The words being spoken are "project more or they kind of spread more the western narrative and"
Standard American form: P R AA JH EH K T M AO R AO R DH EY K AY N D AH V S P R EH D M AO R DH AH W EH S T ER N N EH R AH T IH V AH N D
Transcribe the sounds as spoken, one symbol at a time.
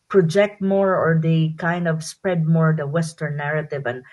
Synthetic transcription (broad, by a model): P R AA JH EH K T M AO R AO R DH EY K AY N D AH V S P R EH D M AO R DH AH W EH S T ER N N EH R AH T IH V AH N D